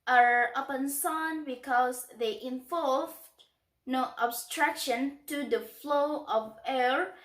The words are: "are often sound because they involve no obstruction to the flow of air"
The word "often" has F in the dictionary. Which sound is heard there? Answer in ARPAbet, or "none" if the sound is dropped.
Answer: P